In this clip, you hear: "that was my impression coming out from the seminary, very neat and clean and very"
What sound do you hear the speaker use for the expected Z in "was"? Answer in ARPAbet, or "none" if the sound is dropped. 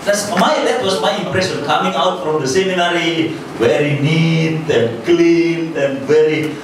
S